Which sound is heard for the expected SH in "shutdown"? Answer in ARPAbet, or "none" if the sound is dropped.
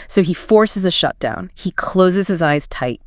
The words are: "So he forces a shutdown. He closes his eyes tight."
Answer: SH